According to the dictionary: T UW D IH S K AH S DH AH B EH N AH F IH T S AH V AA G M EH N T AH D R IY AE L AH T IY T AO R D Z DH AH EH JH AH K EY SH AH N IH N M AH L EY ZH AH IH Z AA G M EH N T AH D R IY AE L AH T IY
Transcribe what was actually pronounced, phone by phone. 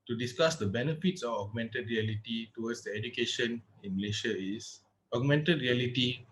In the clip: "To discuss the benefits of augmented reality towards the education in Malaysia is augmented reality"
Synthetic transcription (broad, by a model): T UW D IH S K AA S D AH B EH N AH F IH T S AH F AA G M EH N T AH D R IY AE L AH T IY T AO W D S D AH EH JH AH K EY SH AH N IH N M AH L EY SH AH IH S AA G M EH N T AH D R IY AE L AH T IY